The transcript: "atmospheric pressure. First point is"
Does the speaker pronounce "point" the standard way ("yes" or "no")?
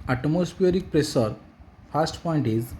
yes